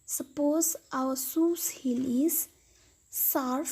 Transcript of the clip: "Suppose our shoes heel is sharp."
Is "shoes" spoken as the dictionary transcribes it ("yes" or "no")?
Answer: no